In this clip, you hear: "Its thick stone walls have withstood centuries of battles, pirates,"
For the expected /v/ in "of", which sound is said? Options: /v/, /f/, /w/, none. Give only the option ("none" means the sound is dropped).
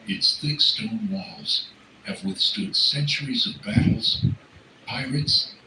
/v/